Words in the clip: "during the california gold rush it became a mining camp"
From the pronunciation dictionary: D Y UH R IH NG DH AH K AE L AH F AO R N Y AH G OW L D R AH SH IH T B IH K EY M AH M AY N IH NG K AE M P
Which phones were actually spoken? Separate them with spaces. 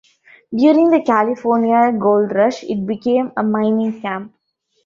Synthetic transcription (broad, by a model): D Y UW R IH NG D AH K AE L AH F AO R N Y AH G OW L D R AH SH IH T B IH K EY M AH M AY N IH NG K AE M P